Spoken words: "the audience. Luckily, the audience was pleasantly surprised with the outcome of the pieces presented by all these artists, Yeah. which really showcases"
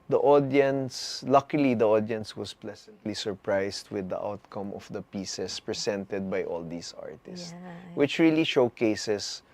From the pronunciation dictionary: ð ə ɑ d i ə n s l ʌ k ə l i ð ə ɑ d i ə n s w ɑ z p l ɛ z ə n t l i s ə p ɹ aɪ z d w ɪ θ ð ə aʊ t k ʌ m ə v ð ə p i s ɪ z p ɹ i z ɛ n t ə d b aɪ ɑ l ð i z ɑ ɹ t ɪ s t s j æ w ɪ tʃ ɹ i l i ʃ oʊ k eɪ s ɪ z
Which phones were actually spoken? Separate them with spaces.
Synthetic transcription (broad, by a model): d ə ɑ d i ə n s l ʌ k ə l i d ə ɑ d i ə n s w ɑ s p l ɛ s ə n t l i s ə p ɹ aɪ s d w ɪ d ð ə aʊ t k ʌ m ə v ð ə p i s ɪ s p ɹ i s ɛ n t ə d b aɪ ɑ l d i s ɑ ɹ t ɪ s s w ɪ tʃ ɹ i l i ʃ oʊ k eɪ s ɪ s